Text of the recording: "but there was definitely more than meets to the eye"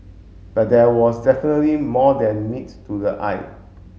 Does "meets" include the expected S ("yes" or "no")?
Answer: no